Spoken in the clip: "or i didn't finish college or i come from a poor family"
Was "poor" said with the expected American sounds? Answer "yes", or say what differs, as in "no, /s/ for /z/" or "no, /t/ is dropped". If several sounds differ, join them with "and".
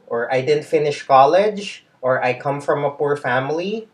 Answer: yes